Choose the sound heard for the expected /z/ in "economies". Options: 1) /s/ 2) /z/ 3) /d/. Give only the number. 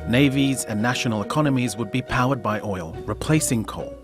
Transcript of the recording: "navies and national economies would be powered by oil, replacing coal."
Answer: 2